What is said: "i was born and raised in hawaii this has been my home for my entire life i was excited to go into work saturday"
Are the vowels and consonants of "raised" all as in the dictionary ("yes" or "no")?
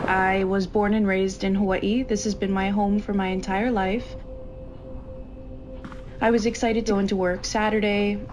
yes